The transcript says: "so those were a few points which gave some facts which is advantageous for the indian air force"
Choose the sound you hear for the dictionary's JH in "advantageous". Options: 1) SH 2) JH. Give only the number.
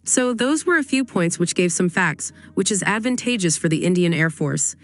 2